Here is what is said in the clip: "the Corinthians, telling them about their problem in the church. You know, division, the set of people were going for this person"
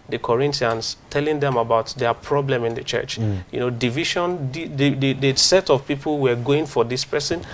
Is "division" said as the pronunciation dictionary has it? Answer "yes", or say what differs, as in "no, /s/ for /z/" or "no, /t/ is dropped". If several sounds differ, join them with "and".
no, /ʃ/ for /ʒ/